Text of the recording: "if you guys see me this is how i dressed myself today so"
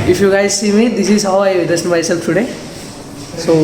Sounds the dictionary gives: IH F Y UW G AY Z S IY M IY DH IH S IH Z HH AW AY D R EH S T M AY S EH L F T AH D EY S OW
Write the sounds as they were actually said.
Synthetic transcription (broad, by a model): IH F Y UW G AY Z S IY M IY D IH S IH Z HH AW AY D EH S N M AY S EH L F T AH D EY S OW